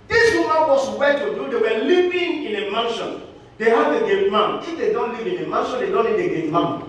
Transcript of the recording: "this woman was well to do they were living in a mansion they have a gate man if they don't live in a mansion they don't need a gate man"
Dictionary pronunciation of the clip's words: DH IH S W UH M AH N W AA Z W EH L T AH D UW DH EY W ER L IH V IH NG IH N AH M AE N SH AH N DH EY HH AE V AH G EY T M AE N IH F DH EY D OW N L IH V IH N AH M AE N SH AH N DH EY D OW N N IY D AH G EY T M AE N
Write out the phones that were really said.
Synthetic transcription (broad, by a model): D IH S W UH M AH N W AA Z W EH T AH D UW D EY W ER L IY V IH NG IH N AH M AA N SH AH N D EY HH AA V AH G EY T M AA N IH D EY D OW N L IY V IH N AH M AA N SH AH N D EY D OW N L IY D AH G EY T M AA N